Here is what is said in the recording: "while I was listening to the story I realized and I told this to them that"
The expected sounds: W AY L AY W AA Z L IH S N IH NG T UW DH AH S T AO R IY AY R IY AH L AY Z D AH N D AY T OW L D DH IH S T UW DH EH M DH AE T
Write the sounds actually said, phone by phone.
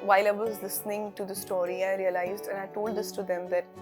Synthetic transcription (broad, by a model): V AY L AY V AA Z L IH S N IH NG T UW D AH S T AO R IY AY R IY AH L AY Z D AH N AY T OW L D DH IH S T UW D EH M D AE T